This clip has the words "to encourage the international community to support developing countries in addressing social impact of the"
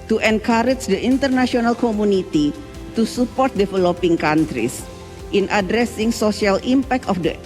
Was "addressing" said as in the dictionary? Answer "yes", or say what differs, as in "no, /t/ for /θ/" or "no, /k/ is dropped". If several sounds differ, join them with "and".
yes